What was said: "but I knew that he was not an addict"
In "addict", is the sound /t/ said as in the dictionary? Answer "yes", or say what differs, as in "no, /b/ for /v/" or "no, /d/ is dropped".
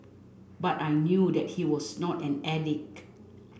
no, /t/ is dropped